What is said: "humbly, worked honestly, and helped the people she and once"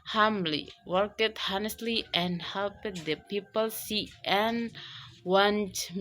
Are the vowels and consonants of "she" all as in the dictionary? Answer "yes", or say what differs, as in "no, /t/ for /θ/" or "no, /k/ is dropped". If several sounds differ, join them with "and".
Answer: no, /s/ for /ʃ/